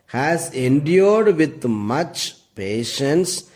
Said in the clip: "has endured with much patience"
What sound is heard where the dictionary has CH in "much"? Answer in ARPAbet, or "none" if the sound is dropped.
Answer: CH